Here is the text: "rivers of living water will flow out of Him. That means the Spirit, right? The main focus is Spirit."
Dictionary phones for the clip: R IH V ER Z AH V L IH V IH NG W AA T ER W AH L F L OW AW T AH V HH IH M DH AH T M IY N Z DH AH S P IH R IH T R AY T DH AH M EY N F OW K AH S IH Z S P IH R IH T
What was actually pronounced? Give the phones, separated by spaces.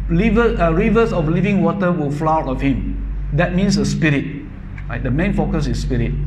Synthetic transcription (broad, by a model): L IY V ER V AH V L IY V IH NG W AA T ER W AH L F L OW AW T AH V HH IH M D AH T M IY N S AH S P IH R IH T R AY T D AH M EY N F OW K AH S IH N S P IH R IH T